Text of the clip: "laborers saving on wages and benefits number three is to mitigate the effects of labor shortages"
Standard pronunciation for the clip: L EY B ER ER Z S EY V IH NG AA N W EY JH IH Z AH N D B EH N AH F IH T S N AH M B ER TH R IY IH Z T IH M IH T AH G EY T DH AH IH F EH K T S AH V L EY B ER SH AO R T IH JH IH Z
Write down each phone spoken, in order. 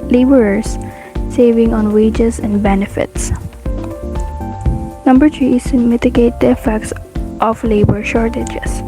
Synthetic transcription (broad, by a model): L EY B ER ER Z S EY V IH NG AA N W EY JH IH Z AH N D B EH N AH F IH T S N AH M B ER T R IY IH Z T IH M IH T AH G EY T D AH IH F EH K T S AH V L EY B ER SH AO R T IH JH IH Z